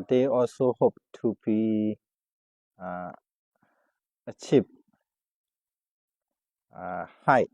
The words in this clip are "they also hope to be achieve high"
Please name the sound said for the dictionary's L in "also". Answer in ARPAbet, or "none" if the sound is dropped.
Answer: L